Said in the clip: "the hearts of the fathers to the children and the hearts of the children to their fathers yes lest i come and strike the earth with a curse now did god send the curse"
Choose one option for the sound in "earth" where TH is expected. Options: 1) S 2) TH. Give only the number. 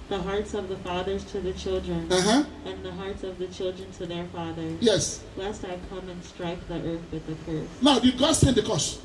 2